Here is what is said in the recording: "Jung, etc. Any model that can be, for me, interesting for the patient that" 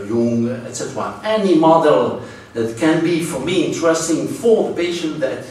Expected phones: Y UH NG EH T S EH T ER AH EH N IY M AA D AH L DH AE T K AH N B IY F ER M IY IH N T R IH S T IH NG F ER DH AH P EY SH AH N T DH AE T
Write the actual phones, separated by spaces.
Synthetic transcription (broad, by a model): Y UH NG EH T S EH T ER AH EH N IY M AA D AH L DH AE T K AH N B IY F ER M IY IH N T R IH S T IH NG F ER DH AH P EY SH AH N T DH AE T